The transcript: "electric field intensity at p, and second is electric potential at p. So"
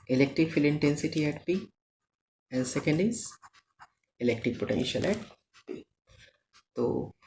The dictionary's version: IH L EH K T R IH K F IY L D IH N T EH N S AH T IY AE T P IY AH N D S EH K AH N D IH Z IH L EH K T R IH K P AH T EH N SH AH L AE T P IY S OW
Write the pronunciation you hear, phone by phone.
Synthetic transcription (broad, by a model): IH L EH K T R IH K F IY L IH N T EH N S AH T IY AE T P IY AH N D S EH K AH N D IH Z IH L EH K T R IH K P AH T EH N SH AH L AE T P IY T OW